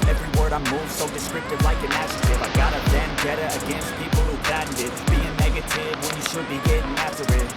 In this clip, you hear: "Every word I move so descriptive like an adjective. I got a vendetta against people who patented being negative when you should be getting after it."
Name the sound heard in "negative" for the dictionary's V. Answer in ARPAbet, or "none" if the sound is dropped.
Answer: V